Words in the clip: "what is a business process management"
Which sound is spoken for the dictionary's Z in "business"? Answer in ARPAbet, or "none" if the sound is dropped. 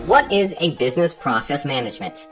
Z